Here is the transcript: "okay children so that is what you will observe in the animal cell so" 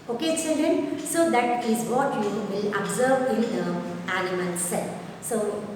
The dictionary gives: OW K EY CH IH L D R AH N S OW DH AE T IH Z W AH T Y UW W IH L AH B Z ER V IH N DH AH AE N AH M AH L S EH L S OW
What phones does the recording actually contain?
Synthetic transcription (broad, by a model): OW K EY S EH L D AH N S OW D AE T IH Z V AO T Y UW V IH L AH B Z ER V IH N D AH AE L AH M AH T S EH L S OW